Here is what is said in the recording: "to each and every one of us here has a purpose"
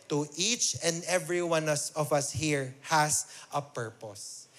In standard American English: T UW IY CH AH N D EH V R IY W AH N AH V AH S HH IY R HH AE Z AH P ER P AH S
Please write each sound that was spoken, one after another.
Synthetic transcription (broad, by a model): T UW IY CH AH N D EH V R IY W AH N AH V AH S HH IY R HH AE S AH P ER P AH S